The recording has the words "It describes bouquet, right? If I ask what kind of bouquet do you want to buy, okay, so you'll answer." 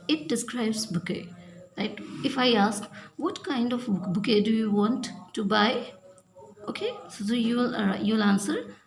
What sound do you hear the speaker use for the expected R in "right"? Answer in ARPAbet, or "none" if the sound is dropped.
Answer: L